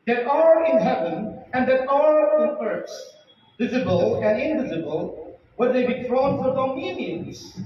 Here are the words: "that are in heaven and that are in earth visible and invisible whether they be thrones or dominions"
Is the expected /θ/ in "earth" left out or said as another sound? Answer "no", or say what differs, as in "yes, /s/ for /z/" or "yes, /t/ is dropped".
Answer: yes, /s/ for /θ/